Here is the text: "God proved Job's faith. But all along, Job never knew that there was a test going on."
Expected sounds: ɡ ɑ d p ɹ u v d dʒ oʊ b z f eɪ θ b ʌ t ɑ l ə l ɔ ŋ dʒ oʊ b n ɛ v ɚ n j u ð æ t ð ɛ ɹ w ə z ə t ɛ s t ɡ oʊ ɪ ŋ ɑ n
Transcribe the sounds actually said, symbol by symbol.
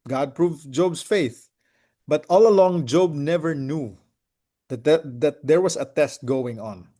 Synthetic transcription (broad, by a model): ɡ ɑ d p ɹ u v dʒ oʊ b s f eɪ θ b ʌ t ɑ l ə l ɔ ŋ dʒ oʊ b n ɛ v ɚ n j u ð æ t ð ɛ ɹ w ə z ə t ɛ s t ɡ oʊ ɪ ŋ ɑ n